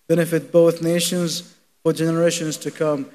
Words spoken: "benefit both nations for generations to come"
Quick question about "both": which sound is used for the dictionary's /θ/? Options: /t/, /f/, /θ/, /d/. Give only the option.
/θ/